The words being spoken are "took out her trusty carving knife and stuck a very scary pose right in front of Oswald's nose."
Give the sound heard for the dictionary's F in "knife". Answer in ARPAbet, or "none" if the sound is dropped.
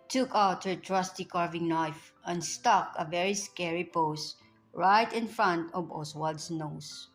F